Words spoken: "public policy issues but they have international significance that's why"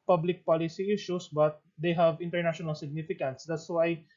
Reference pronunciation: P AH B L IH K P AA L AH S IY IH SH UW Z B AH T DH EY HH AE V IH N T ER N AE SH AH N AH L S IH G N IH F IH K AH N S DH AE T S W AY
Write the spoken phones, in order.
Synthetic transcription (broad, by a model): P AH B L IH K P AA L AH S IY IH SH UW S B AH T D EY HH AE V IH N T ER N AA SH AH N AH L S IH G N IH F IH K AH N S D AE T S W AY